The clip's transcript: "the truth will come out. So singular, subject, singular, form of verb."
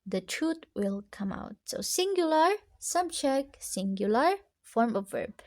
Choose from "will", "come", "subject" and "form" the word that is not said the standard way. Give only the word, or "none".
subject